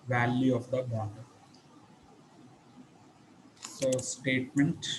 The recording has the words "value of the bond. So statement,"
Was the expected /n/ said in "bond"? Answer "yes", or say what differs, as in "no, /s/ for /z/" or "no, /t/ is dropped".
no, /n/ is dropped